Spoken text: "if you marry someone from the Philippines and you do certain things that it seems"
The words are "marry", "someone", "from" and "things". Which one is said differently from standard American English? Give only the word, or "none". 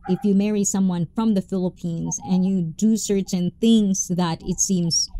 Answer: none